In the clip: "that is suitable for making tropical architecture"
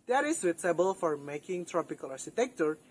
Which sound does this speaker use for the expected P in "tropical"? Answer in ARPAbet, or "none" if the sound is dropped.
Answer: P